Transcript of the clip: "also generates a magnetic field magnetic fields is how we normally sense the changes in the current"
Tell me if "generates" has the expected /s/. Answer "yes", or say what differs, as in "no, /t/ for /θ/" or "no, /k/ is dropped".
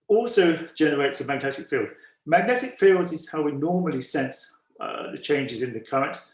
yes